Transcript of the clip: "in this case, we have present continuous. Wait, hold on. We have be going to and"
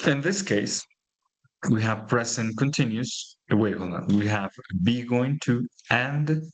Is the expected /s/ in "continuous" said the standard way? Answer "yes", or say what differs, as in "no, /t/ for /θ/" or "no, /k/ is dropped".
no, /s/ is dropped